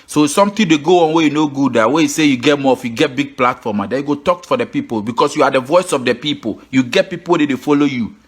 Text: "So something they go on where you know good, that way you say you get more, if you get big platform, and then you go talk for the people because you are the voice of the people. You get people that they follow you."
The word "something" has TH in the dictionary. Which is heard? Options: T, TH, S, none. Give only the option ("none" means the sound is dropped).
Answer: T